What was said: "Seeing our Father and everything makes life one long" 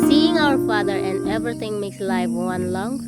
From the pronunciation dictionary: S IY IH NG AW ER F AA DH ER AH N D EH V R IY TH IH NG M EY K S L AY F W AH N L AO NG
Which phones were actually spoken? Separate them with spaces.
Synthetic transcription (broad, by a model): S IY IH NG AW ER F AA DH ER AH N D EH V R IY T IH NG M EY K S L AY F W AH N L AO NG